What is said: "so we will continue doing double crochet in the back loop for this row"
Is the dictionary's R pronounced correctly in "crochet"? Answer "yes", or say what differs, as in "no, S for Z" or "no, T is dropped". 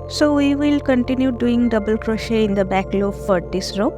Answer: yes